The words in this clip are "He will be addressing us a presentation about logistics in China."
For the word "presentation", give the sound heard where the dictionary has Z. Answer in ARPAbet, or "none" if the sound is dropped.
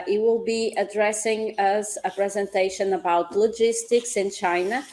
Z